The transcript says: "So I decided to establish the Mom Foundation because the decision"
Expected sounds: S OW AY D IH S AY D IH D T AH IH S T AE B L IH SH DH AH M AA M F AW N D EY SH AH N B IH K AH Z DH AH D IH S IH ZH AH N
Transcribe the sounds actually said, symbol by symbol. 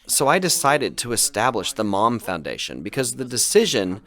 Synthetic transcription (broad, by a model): S OW AY D IH S AY D IH D T AH IH S T AE B L IH SH DH AH M AA M F AW N D EY SH AH N B IH K AH Z DH AH D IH S IH ZH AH N